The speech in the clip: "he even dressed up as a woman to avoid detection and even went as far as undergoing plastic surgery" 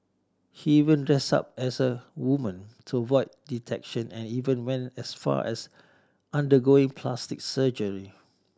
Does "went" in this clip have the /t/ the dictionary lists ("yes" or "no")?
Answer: no